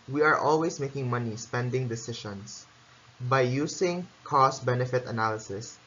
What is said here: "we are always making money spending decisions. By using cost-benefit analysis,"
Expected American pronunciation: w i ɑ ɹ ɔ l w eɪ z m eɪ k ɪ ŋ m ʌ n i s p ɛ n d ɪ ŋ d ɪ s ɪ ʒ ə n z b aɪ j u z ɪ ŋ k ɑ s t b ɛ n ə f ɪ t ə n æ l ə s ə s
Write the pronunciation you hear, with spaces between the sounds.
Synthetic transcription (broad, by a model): w i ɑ ɹ ɔ l w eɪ s m eɪ k ɪ ŋ m ʌ n i s p ɛ n d ɪ ŋ d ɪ s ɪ ʃ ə n s b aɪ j u s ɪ ŋ k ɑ s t b ɛ n ə f ɪ t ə n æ l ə s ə s